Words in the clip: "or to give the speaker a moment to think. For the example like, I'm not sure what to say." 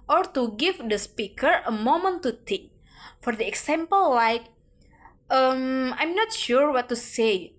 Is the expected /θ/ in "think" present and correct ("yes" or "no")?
no